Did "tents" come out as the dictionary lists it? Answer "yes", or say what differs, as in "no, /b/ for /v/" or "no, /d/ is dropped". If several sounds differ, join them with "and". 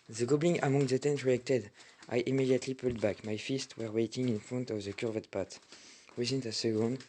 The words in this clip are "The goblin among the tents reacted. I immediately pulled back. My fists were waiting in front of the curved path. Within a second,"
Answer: no, /s/ is dropped